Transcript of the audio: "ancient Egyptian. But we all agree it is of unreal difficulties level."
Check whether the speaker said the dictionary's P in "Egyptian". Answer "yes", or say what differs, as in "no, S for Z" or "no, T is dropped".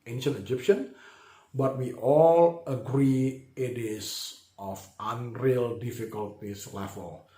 yes